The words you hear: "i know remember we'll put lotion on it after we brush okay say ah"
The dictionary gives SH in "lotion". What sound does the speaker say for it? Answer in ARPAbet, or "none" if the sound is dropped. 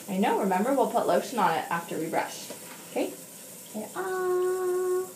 S